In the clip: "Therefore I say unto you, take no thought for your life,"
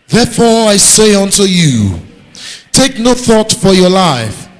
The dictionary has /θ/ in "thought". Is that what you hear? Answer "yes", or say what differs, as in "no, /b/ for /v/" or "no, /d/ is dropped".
yes